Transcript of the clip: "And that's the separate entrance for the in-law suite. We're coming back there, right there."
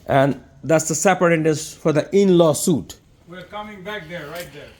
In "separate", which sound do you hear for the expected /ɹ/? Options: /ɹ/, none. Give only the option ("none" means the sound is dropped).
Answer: none